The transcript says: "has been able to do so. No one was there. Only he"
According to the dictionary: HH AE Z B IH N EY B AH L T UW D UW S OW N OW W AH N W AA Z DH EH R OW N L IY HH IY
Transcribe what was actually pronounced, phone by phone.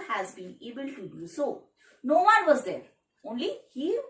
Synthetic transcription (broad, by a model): HH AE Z B IH N EY B AH L T UW D UW S OW N OW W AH N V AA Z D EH R OW N L IY HH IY